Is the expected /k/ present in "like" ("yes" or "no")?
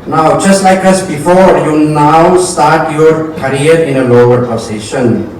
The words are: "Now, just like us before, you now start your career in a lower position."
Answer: yes